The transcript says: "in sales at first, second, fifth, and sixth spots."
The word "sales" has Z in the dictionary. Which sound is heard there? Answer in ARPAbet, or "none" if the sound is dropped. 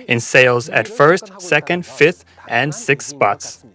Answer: Z